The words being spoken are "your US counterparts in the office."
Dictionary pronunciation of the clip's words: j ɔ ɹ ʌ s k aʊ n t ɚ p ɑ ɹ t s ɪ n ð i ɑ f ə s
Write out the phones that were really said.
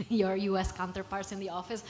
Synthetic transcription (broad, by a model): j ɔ ɹ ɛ s k aʊ n t ɚ p ɑ ɹ t s ɪ n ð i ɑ f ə s